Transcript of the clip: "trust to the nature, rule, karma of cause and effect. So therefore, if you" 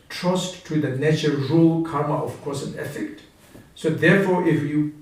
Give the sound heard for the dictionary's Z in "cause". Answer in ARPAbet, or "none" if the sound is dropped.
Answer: S